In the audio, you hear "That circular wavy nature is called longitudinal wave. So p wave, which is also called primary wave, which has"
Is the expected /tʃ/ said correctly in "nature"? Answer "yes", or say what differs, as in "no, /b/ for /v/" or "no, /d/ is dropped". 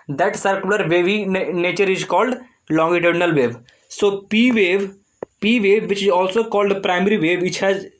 yes